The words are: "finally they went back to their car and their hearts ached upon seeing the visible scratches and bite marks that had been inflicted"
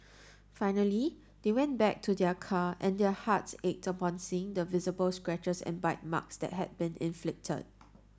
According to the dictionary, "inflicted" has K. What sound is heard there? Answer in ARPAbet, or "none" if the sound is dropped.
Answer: K